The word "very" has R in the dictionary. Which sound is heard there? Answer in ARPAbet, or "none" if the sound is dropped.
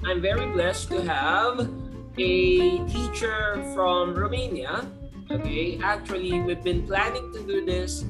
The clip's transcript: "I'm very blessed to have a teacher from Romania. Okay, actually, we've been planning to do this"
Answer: R